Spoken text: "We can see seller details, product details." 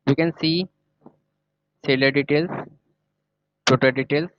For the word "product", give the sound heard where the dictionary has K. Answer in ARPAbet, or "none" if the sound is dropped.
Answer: none